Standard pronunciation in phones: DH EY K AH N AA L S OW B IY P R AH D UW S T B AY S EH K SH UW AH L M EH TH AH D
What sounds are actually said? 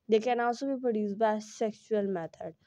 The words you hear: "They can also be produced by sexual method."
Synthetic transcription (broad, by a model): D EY K AH N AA S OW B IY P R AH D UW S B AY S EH K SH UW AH L M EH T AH D